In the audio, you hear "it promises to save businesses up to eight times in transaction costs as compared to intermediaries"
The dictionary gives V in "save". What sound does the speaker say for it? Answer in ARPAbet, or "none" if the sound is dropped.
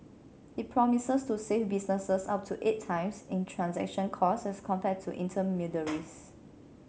F